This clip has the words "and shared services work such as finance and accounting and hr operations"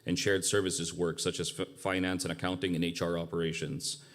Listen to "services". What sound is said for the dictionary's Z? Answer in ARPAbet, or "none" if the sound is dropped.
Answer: Z